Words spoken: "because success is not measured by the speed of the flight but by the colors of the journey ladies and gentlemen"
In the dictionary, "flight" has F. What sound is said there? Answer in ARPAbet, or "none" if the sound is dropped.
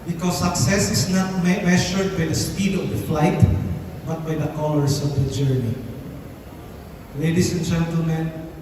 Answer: F